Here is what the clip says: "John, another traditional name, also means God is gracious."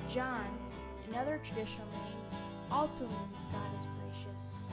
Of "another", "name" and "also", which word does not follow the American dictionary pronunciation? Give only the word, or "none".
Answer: name